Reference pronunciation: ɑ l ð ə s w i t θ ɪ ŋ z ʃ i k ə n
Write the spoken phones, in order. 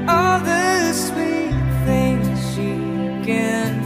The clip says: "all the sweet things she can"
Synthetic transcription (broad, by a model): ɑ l ð ə s w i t θ ɪ ŋ z ʃ i k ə n